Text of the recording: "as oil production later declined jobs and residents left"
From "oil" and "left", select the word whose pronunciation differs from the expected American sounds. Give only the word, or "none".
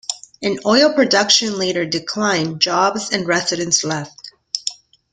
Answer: none